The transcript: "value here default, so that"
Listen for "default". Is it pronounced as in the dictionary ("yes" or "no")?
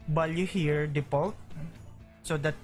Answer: no